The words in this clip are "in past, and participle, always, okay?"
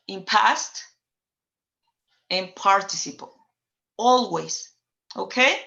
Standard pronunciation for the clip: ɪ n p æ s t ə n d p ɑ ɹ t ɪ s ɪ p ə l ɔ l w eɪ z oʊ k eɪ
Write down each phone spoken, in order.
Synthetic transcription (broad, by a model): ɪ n p æ s t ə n p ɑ ɹ t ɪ s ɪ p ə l ɔ l w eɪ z oʊ k eɪ